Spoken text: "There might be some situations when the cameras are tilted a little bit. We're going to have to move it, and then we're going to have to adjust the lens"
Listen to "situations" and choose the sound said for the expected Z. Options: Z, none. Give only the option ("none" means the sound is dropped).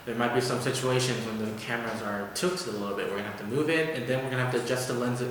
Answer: Z